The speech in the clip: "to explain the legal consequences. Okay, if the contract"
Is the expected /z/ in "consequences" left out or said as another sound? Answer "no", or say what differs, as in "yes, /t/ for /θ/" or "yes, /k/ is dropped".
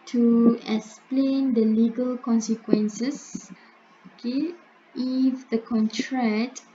yes, /s/ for /z/